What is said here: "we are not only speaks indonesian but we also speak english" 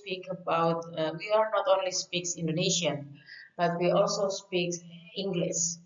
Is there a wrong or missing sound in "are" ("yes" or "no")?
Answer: yes